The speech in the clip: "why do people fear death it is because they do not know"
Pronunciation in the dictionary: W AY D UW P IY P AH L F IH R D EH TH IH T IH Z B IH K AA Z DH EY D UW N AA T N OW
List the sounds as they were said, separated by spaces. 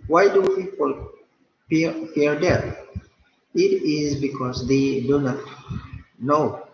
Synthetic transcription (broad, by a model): W AY D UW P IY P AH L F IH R D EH T IH T IH Z B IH K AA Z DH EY D UW N AA T N OW